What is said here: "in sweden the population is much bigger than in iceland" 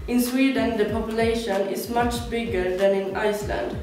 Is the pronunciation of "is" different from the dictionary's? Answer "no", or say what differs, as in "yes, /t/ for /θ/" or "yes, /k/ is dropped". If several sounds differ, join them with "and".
yes, /s/ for /z/